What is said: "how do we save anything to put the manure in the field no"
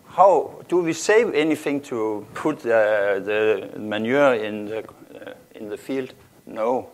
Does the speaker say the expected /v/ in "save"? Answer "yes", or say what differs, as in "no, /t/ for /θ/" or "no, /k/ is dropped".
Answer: yes